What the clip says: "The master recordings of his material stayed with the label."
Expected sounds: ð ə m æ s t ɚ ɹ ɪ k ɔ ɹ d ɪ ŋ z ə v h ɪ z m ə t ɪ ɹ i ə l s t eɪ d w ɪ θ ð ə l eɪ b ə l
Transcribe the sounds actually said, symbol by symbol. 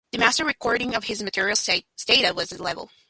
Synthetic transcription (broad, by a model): ð ə m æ s t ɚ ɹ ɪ k ɔ ɹ d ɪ ŋ ə v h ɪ z m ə t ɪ ɹ i l s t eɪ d w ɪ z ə l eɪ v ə l